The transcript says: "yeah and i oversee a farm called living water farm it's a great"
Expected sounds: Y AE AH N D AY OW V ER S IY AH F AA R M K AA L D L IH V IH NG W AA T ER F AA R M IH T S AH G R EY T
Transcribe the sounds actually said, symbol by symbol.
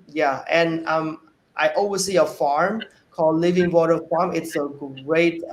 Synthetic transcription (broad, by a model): Y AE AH N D AY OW W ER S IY AH F AA R M K AA L D L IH V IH NG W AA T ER F AA R M IH T S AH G R EY T